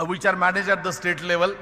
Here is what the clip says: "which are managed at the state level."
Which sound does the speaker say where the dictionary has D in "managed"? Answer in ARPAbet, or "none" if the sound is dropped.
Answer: none